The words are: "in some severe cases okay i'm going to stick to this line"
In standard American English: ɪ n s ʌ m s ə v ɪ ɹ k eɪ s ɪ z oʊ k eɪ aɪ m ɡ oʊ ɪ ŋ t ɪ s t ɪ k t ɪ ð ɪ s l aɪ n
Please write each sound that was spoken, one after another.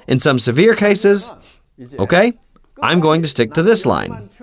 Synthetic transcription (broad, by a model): ɪ n s ʌ m s ə v ɪ ɹ k eɪ s ɪ z oʊ k eɪ aɪ m ɡ oʊ ɪ ŋ t ɪ s t ɪ k t ɪ ð ɪ s l aɪ n